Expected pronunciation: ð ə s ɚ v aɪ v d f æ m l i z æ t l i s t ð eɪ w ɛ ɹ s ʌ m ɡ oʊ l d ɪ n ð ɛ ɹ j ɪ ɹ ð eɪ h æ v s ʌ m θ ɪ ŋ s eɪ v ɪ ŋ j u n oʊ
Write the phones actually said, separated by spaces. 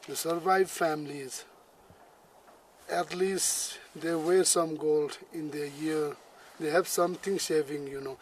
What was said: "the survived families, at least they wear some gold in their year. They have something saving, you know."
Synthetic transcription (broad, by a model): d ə s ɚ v aɪ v f æ m l i z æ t l i s t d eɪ w ɛ ɹ s ʌ m ɡ oʊ l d ɪ n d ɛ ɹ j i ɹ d eɪ h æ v s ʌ m t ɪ ŋ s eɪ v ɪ ŋ j u n oʊ